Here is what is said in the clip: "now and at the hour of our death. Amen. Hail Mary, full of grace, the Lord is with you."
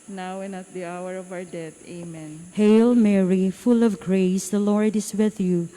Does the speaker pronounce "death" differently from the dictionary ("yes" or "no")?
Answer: yes